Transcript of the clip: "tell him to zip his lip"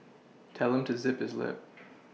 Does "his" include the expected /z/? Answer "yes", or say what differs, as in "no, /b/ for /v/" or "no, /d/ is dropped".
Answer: yes